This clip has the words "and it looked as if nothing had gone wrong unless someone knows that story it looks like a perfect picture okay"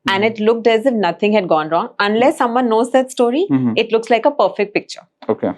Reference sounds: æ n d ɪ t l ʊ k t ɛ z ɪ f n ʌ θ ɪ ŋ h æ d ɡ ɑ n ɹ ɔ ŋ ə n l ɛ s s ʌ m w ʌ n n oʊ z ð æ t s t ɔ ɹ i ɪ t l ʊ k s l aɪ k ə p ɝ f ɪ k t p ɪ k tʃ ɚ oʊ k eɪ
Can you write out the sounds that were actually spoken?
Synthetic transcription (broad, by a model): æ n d ɪ t l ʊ k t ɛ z ɪ f n ʌ t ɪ ŋ h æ d ɡ ɑ n ɹ ɔ ŋ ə n l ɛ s s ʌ m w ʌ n n oʊ z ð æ t s t ɔ ɹ i ɪ t l ʊ k s l aɪ k ə p ɝ f ɪ k t p ɪ k tʃ ɚ oʊ k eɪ